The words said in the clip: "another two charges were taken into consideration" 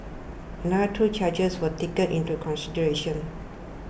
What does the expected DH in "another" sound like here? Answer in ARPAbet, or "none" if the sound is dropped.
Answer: none